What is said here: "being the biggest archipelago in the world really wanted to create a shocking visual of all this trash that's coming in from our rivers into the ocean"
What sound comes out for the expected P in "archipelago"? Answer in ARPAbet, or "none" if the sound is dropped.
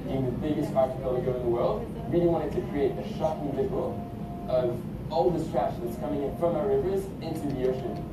none